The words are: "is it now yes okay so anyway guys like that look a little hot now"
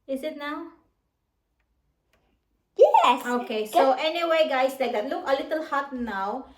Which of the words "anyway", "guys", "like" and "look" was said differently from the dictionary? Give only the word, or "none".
guys